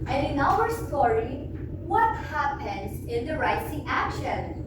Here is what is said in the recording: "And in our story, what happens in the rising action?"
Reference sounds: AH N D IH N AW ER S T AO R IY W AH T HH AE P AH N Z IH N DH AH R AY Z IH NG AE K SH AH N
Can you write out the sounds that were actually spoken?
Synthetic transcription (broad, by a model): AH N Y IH N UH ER S T AO R IY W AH T HH AE P AH N Z IH N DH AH R AY S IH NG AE K SH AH N